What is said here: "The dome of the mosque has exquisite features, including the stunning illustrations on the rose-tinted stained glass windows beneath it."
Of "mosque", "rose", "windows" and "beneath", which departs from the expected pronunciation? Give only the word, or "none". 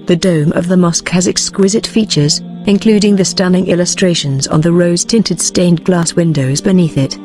none